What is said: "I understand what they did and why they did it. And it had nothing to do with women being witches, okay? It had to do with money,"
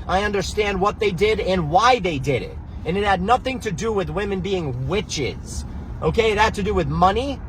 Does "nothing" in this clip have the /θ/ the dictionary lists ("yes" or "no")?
yes